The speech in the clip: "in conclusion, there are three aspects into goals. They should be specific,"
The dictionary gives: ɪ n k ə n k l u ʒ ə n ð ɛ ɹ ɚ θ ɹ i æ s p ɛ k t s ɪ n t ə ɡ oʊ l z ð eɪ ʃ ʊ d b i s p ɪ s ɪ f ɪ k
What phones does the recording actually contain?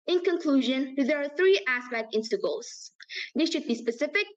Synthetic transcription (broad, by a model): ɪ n k ə n k l u ʒ ə n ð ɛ ɹ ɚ θ ɹ i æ s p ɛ k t ɪ n s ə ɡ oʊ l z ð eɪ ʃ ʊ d b i s p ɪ s ɪ f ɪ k